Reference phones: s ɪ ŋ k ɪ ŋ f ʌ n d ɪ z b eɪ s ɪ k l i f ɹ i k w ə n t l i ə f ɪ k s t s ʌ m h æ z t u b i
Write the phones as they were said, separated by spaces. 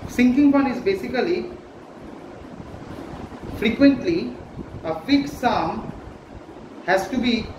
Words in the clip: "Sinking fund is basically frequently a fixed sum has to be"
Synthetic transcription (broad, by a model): s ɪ ŋ k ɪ ŋ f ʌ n ɪ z b eɪ s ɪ k l i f ɹ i k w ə n t l i ə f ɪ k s s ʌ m h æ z t u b i